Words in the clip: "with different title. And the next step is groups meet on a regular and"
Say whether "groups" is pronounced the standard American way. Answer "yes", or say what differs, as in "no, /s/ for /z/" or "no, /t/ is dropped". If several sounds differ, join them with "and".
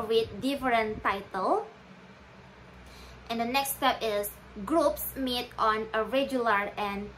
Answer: yes